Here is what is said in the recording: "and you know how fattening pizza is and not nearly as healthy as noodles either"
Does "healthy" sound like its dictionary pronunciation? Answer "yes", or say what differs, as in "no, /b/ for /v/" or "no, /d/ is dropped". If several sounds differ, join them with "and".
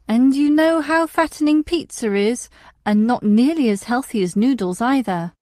yes